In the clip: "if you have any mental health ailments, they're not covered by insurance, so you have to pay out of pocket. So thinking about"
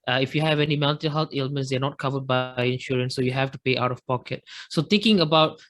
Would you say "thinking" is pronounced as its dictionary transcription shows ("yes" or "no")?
no